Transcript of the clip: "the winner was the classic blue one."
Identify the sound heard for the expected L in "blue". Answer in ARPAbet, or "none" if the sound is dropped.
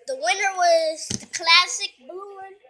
none